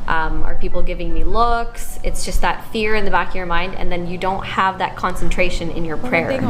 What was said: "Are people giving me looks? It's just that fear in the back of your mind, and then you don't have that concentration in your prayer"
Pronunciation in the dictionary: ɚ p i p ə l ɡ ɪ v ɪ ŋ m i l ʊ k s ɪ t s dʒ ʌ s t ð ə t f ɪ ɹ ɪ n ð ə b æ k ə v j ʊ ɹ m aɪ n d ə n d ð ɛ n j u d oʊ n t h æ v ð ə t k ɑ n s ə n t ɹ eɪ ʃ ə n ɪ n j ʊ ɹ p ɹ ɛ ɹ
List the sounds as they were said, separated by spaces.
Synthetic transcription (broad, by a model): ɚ p i p l ɡ ɪ v ɪ ŋ m i l ʊ k s ɪ t s dʒ ʌ s t ð ə t f ɪ ɹ ɪ n ð ə b æ k ə v j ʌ ɹ m aɪ n d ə n ð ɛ n j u d oʊ n t h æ v ð ə t k ɑ n s ə n t ɹ eɪ ʃ ə n ɪ n j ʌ ɹ p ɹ ɛ ɹ